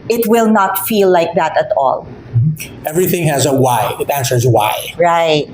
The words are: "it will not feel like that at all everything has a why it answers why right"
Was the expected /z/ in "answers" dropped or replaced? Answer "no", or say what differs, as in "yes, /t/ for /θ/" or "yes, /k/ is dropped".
no